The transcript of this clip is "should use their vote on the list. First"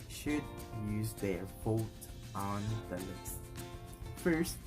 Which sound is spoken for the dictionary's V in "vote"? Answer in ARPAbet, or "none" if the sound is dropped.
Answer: F